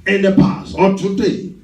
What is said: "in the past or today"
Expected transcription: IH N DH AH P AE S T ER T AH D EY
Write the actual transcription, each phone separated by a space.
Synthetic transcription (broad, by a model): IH N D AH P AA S AO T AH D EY